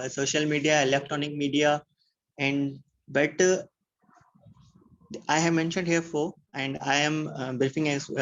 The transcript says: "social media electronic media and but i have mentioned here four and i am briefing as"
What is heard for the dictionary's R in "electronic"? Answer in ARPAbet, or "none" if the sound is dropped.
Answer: none